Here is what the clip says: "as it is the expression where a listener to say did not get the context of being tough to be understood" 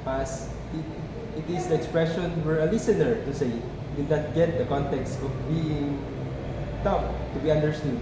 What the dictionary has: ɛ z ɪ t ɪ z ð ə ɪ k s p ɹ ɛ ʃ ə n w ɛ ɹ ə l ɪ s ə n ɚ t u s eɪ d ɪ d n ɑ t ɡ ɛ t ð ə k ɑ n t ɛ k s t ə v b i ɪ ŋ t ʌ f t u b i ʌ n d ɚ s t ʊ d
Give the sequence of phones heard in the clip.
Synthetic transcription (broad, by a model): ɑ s ɪ t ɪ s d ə ɪ k s p ɹ ɛ ʃ ə n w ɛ ɹ ə l ɪ s ə n ɚ t u s eɪ d ɪ d n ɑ t ɡ ɛ t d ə k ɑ n t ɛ k s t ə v b i ɪ ŋ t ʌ p t u b i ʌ n d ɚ s t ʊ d